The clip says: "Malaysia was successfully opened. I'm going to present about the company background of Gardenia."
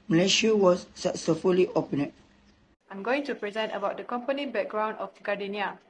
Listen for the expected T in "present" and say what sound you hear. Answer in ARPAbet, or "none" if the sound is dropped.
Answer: T